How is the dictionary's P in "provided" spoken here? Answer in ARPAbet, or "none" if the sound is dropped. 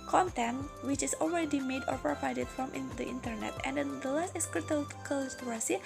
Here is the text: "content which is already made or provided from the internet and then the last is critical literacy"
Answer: P